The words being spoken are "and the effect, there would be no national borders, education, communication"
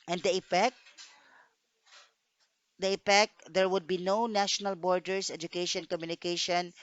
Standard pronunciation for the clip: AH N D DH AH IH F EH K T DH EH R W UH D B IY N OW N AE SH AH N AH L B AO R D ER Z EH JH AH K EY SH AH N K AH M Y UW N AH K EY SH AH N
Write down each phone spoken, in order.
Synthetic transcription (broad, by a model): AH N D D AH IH P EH K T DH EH R W UH D B IY N OW N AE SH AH N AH L B AO R D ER S EH JH AH K EY SH AH N K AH M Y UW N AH K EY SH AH N